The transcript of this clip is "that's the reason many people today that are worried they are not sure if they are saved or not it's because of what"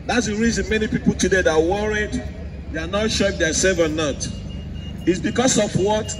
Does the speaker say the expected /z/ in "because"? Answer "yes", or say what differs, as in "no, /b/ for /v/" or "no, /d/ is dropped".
no, /s/ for /z/